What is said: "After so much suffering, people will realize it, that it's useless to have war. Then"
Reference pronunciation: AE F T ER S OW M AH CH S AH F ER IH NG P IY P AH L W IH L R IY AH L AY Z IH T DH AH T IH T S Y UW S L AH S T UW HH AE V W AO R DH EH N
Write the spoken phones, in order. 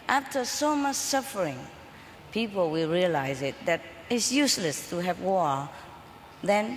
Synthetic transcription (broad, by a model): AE F T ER S OW M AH CH S AH F ER IH NG P IY P AH L W IH L R IY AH L AY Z IH T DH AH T IH T S Y UW S L AH S T UW HH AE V W AO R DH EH N